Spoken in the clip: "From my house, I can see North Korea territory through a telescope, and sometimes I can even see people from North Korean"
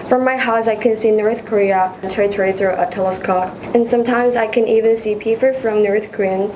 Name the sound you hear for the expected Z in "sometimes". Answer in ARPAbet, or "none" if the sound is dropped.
Z